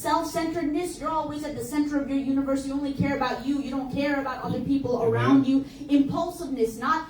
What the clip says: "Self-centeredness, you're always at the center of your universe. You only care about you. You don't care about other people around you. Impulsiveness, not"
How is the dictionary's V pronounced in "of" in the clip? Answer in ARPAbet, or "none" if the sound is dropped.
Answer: V